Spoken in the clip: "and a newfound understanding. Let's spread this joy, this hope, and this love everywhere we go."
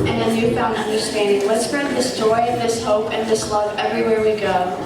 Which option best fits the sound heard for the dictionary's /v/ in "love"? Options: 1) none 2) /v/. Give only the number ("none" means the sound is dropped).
2